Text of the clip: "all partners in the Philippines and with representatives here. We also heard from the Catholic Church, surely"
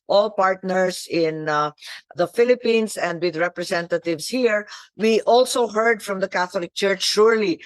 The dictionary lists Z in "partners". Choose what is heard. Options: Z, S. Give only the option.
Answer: S